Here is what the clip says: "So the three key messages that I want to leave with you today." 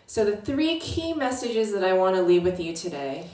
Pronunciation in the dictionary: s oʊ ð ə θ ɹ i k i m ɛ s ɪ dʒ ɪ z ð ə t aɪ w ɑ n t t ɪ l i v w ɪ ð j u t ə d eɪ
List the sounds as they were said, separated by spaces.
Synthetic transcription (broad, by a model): s oʊ ð ə θ ɹ i k i m ɛ s ɪ dʒ ɪ z ð ə t aɪ w ɑ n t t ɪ l i v w ɪ ð j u t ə d eɪ